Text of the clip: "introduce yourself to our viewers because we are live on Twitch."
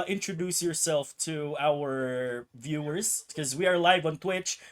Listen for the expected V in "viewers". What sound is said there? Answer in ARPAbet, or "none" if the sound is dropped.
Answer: V